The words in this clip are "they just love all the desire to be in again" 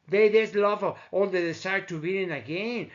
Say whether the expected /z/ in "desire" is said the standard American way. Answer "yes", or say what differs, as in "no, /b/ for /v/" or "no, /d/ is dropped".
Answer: no, /s/ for /z/